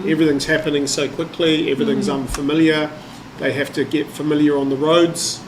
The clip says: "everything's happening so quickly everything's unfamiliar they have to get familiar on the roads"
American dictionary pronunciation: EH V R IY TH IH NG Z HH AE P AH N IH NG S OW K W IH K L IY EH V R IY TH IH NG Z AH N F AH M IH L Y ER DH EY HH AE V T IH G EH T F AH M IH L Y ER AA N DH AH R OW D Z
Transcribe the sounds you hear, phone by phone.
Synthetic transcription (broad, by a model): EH V R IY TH IH NG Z HH AE P AH N IH NG S OW K W IH K L IY EH V R IY TH IH NG Z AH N F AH M IH L Y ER DH EY HH AE F T IH G EH T F AH M IH L Y ER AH N DH AH R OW D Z